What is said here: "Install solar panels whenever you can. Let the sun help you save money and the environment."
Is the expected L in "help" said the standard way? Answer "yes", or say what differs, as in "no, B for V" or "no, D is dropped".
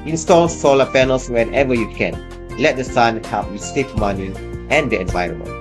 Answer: no, L is dropped